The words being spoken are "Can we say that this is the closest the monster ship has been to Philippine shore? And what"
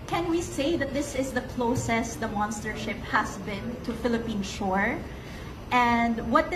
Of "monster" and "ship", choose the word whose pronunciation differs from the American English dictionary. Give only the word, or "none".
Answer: none